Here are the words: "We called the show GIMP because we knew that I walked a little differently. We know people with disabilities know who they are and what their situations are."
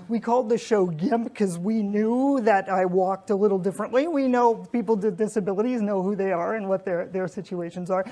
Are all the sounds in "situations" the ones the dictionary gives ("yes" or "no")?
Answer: yes